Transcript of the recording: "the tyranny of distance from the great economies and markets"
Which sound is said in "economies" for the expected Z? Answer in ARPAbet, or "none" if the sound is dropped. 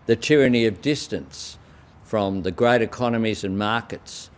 Z